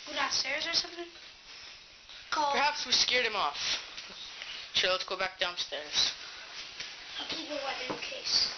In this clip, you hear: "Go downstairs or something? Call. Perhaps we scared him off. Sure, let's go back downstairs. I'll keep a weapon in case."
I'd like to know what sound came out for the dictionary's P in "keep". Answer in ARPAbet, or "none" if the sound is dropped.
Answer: none